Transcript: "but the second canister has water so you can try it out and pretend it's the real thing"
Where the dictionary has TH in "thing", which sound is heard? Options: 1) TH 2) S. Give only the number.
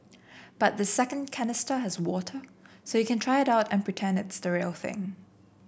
1